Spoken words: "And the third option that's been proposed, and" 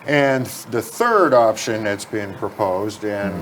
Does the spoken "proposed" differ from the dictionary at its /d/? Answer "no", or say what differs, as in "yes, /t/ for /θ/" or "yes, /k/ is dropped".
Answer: no